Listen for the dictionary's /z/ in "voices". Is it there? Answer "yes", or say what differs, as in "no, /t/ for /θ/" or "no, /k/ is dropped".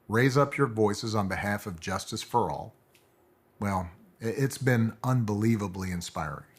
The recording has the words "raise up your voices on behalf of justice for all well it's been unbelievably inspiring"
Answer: yes